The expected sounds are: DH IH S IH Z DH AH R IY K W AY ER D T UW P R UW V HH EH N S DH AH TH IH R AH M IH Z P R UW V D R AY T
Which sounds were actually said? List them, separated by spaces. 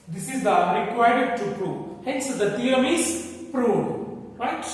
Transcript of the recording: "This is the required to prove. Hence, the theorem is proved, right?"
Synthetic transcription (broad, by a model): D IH S IH Z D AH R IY K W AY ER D T UW P R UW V HH EH N S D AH T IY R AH M IH Z P R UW D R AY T